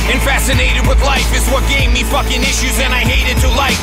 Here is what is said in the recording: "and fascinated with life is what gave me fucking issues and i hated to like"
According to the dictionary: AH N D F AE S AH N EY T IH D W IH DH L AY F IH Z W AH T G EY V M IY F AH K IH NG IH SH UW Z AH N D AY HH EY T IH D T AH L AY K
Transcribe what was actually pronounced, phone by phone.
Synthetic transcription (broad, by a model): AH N F AE S AH N EY T IH D W IH DH L AY F IH Z W AH T G EY V M IY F AH K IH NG IH SH UW Z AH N AY HH EY T IH D T AH L AY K